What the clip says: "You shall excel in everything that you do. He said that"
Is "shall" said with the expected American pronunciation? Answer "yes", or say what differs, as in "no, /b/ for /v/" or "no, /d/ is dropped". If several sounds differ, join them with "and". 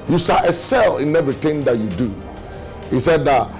no, /s/ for /ʃ/